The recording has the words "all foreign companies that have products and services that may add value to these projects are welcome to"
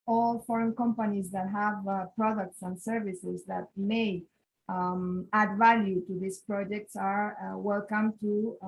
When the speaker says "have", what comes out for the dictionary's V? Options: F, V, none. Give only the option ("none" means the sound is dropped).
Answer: V